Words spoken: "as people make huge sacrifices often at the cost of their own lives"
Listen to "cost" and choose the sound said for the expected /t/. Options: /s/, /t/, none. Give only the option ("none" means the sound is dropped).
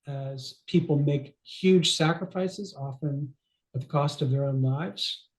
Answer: /t/